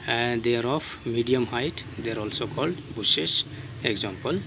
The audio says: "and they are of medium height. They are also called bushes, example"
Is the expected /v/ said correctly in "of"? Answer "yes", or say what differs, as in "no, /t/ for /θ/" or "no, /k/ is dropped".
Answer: no, /p/ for /v/